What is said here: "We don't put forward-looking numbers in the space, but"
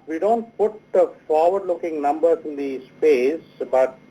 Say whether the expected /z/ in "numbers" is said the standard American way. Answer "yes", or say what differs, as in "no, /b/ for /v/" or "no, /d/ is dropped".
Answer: no, /z/ is dropped